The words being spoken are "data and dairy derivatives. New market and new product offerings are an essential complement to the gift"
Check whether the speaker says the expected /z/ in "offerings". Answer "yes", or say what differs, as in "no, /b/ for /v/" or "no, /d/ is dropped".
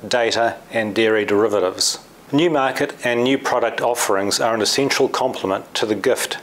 yes